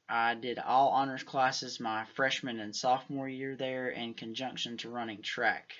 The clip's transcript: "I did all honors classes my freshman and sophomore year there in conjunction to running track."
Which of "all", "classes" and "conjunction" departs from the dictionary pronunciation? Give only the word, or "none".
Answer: none